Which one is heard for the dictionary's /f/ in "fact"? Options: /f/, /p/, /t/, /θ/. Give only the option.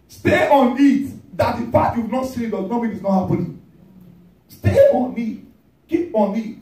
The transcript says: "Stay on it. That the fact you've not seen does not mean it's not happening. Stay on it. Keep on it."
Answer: /p/